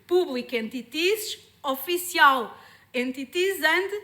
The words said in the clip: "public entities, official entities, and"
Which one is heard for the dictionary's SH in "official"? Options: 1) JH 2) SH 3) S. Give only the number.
3